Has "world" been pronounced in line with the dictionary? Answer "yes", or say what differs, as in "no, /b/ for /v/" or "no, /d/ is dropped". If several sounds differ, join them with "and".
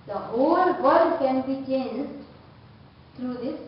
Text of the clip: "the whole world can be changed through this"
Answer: no, /l/ is dropped